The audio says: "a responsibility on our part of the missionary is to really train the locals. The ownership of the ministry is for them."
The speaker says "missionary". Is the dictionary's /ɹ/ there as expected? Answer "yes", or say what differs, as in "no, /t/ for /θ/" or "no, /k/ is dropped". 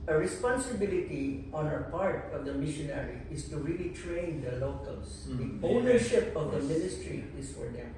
yes